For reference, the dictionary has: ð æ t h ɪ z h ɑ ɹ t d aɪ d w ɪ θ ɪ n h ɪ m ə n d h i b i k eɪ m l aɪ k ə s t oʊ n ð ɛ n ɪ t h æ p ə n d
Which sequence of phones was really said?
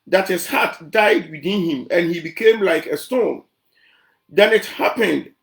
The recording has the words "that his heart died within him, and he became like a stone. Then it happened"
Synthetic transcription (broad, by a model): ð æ t h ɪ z h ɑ t d aɪ d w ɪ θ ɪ n h ɪ m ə n h i b i k eɪ m l aɪ k ə s t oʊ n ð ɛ n ɪ t h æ p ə n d